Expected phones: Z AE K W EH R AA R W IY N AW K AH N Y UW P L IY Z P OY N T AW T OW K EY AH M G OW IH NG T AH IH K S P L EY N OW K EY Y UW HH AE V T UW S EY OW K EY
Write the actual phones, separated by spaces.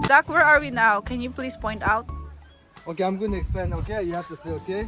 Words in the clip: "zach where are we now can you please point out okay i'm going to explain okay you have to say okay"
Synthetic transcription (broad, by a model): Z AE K W EH R AA R W IY N AW K AH N Y UW P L IY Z P OY N T AW T OW K EY AH M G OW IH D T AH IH K S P EY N OW K EY Y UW HH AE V T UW S EY OW K EY